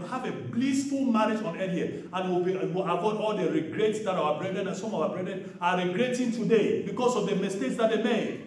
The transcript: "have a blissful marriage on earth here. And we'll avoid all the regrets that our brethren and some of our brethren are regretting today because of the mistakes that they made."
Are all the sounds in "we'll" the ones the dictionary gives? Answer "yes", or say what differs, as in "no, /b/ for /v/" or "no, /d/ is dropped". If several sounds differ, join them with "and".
no, /w/ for /l/